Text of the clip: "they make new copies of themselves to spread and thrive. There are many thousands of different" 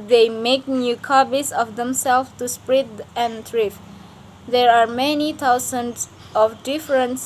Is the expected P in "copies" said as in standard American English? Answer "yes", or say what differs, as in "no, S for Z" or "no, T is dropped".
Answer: no, B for P